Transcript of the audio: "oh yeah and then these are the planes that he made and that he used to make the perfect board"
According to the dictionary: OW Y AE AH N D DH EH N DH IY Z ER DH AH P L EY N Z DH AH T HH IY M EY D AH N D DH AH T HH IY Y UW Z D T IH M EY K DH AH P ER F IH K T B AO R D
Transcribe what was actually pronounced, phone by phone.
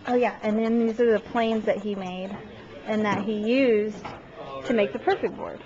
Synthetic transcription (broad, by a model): OW Y AE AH N DH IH N DH IY Z ER DH AH P L EY N Z DH AH T HH IY M EY D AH N DH AH T HH IY Y UW Z T IH M EY K DH AH P ER F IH K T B AO R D